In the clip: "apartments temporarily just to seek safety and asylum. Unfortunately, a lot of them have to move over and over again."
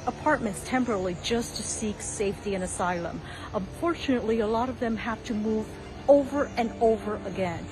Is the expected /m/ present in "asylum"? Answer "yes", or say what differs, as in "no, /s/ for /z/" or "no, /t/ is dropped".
yes